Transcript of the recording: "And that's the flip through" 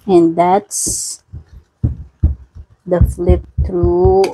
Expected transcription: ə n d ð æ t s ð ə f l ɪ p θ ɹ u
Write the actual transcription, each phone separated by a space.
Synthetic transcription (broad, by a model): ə n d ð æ t s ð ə f l ɪ p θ ɹ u